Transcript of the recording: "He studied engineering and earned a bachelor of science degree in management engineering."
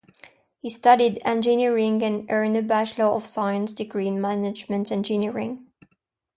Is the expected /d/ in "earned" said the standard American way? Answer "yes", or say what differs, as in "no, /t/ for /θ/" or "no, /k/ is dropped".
no, /d/ is dropped